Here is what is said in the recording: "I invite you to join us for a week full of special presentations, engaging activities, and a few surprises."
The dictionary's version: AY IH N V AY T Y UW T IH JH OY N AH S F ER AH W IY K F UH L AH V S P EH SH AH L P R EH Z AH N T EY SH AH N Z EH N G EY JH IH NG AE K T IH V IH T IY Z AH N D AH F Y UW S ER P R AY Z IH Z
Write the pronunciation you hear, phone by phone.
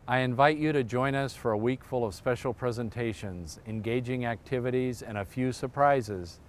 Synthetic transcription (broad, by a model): AY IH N V AY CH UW T IH JH OY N AH S F ER AH W IY K F UH L AH V S P EH SH L P R EH Z AH N T EY SH AH N Z EH N G EY JH IH NG AE K T IH V IH T IY Z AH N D AH F Y UW S ER P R AY Z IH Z